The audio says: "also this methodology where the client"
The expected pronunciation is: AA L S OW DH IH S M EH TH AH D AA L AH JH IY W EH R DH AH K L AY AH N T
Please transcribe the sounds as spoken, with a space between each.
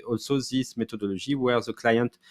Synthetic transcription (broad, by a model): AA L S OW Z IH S M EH T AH D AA L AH ZH IY W EH R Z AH K L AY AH N T